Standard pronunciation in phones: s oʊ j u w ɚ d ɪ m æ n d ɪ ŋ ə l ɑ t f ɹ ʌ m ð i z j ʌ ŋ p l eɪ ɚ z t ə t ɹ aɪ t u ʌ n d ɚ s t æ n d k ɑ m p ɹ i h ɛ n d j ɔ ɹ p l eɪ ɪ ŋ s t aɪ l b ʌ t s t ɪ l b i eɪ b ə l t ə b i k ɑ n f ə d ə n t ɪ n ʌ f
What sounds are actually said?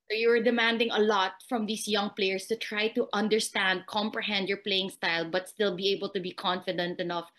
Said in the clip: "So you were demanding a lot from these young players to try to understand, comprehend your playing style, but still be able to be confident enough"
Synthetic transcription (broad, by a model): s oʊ j u w ɚ d ɪ m æ n d ɪ ŋ ə l ɑ t f ɹ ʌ m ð i s j ʌ ŋ p l eɪ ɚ s t ə t ɹ aɪ t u ʌ n d ɚ s t æ n d k ɑ m p ɹ i h ɛ n d j ɔ ɹ p l eɪ ɪ ŋ s t aɪ l b ʌ t s t ɪ l b i eɪ b ə l t ə b i k ɑ n f ə d ə n t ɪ n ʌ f